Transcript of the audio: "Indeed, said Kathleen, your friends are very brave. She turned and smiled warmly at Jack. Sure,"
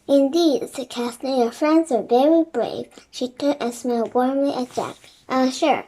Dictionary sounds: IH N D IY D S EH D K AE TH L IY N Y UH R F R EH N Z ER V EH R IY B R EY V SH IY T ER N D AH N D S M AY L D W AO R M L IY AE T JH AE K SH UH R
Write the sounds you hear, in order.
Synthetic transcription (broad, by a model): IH N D IY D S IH K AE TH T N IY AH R F R EH N Z ER V EH R IY B R EY V SH IY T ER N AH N S M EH L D W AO R M L IY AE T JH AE K SH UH R